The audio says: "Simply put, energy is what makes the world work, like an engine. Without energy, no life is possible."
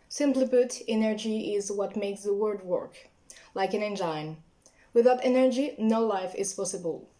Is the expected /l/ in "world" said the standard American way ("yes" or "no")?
no